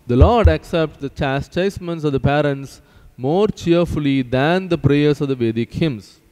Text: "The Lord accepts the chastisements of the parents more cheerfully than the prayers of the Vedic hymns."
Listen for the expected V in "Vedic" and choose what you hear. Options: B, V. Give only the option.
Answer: V